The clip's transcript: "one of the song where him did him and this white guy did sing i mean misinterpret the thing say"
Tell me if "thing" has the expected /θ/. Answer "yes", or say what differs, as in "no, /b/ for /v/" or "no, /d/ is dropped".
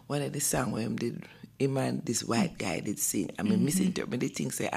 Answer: no, /t/ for /θ/